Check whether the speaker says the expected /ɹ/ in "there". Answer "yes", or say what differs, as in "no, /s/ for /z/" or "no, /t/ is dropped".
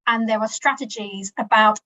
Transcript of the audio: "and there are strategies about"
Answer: no, /w/ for /ɹ/